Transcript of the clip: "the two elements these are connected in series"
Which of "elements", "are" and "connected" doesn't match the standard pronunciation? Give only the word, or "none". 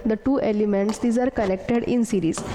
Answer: none